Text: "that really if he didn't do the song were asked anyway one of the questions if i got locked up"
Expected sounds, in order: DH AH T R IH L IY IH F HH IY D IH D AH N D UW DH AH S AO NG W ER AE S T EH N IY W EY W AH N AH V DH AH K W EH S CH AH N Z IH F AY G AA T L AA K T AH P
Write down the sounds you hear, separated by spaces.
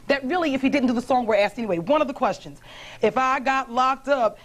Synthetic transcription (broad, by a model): DH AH T R IH L IY IH F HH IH D IH D N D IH DH AH S AO NG W ER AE S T EH N IY W EY W AH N AH V DH AH K W EH S CH AH N Z IH F AY G AA T L AA K T AH P